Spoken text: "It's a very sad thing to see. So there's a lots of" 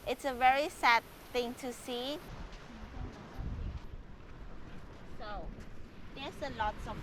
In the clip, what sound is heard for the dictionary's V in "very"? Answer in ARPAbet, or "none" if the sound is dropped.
V